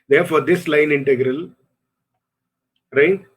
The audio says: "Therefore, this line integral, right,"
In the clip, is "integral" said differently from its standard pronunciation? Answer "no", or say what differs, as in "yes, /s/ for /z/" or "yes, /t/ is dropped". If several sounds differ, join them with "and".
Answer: no